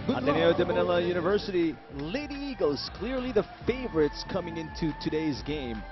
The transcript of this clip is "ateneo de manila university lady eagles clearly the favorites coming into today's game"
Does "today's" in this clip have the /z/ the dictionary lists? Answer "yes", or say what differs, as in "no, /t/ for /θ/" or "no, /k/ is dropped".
yes